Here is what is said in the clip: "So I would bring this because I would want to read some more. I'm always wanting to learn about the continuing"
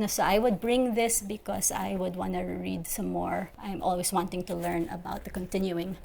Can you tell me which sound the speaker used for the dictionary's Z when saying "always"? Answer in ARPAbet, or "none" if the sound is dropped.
S